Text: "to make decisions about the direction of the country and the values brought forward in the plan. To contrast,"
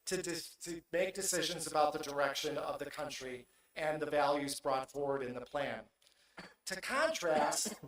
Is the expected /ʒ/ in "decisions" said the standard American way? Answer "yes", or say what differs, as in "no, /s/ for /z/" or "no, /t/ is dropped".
yes